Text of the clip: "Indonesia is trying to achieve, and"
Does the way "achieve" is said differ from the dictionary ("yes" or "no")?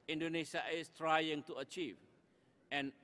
no